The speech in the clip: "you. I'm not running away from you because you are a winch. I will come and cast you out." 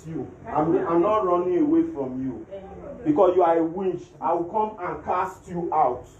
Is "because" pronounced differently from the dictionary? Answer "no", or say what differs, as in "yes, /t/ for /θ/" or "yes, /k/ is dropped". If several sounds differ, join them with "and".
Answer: yes, /s/ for /z/